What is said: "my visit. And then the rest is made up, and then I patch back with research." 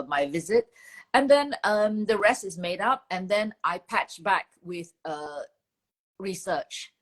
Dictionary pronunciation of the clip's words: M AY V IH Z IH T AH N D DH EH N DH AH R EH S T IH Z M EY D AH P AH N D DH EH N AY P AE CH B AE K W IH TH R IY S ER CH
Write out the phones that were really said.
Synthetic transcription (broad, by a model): M AY V IH Z IH T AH N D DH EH N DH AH R EH S T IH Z M EY D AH P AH N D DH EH N AY P AE CH B AE K W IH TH R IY S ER CH